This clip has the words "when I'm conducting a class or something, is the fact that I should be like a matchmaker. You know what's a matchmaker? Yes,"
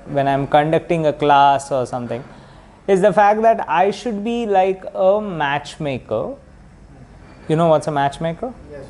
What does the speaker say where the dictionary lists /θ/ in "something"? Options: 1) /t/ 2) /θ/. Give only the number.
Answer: 1